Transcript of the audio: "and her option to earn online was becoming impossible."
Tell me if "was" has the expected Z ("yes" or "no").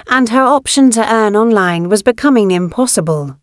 yes